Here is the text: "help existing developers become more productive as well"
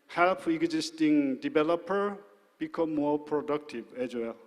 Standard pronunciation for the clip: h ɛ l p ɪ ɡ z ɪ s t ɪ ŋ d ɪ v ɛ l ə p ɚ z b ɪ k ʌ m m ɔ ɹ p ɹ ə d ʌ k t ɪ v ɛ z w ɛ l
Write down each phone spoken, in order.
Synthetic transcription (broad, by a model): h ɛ l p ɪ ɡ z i s t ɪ ŋ d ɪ b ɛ l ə p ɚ b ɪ k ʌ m m ɔ ɹ p ɹ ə d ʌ k t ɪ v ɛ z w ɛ l